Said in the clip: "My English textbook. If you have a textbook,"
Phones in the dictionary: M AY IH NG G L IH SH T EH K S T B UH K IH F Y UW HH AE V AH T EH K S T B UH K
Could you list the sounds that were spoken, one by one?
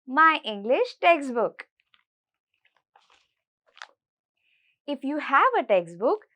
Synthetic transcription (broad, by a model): M AY IH NG G L IH SH T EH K S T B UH K IH F Y UW HH AE V AH T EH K S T B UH K